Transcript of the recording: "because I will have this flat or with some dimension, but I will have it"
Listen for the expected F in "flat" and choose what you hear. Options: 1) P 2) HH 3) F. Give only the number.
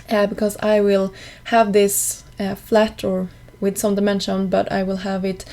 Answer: 3